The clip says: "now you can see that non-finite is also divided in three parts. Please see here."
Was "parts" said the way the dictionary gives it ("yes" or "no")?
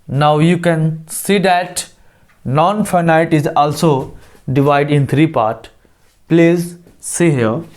no